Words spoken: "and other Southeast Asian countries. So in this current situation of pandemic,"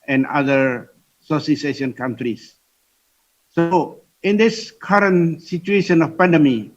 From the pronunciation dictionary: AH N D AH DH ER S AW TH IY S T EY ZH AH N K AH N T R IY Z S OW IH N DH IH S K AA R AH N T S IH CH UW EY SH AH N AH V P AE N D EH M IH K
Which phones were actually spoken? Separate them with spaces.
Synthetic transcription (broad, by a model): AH N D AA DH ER S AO S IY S EY SH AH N K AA N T R IY S OW IH N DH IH S K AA R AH N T S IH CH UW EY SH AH N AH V P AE N D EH M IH